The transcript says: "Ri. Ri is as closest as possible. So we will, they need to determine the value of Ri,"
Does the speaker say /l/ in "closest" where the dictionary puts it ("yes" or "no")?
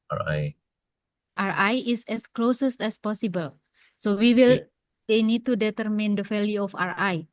yes